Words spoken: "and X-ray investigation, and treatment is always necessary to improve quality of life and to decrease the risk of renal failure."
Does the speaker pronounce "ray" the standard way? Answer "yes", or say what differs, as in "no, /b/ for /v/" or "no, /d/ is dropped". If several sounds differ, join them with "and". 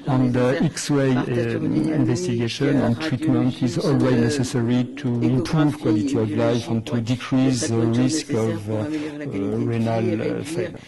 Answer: no, /w/ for /ɹ/